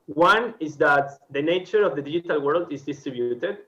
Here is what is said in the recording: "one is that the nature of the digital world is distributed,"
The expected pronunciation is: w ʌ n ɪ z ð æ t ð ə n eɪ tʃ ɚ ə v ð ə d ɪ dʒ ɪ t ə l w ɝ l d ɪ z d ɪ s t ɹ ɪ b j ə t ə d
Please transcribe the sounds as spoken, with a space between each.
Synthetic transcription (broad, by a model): w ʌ n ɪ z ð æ t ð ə n eɪ tʃ ɚ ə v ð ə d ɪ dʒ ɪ t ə l w ɝ l d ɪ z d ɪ s t ɹ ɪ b j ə t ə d